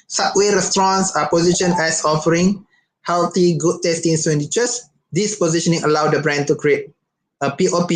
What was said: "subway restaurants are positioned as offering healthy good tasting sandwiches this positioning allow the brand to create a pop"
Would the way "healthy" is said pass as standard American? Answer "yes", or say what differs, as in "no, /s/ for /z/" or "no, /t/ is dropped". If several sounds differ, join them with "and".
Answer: no, /t/ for /θ/